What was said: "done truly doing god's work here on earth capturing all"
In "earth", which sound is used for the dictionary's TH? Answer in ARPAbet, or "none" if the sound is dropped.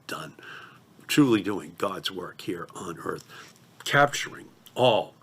TH